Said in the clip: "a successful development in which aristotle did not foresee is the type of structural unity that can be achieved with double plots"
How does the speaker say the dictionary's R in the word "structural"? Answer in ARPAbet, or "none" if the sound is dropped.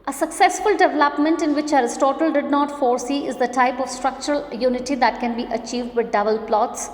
R